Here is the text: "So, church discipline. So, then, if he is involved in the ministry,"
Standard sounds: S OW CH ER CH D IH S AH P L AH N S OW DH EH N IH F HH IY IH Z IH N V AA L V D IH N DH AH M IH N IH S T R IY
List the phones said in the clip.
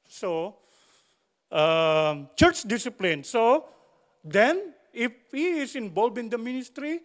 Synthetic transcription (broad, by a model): S OW CH ER CH D IH S AH P L AH N S OW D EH N IH F HH IY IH S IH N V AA L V IH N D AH M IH N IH S T R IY